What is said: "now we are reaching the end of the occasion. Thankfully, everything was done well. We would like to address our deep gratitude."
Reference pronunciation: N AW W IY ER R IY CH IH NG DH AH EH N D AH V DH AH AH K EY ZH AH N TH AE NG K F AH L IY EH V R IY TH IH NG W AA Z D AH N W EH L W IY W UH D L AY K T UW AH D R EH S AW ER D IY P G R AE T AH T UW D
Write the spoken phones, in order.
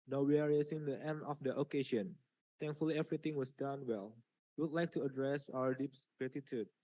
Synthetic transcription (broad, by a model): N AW W IY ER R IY S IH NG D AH EH N D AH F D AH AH K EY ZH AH N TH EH NG K F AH L IY EH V R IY T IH NG W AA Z D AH N W EH L W IY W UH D L AY K T UW AH D R EH S AW ER D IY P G R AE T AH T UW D